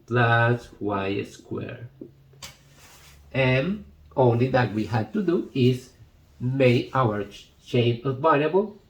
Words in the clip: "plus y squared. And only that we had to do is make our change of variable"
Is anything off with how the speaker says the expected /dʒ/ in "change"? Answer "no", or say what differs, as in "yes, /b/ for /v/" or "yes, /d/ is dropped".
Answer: yes, /dʒ/ is dropped